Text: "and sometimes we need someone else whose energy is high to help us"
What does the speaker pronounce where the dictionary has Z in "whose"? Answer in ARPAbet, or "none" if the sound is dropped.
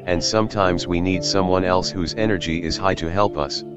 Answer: Z